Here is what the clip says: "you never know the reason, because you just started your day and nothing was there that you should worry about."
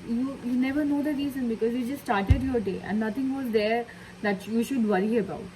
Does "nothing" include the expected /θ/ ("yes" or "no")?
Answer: no